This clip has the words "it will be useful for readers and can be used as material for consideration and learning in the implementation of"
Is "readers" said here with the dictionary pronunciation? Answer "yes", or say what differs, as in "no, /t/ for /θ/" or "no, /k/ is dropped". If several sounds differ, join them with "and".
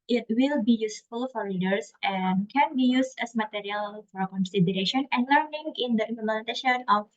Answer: no, /l/ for /ɹ/ and /s/ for /z/